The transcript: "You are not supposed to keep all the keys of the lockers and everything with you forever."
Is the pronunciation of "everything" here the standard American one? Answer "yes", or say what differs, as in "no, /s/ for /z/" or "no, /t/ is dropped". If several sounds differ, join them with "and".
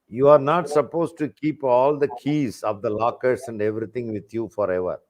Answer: no, /t/ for /θ/